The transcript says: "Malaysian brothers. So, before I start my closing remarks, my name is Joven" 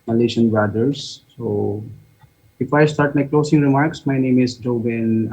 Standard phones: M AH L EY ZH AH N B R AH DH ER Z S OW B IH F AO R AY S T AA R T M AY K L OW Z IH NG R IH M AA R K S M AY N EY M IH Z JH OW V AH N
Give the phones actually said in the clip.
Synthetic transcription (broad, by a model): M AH L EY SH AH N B AA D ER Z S OW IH F AY S T AA R T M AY K L OW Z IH NG R IH M AA R K S M AY N EY M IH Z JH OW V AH N